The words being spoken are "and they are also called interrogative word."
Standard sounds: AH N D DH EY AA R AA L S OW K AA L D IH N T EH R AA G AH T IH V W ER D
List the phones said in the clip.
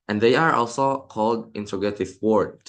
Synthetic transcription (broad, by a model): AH N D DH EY AA R AA L S OW K AA L D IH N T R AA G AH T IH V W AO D